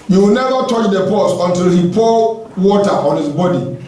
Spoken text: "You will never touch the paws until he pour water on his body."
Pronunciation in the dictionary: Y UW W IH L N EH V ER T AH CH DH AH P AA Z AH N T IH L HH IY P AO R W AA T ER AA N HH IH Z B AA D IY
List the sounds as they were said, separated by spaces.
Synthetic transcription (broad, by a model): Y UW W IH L N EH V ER T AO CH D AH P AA S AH N T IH L HH IY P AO W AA T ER AA N HH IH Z B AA D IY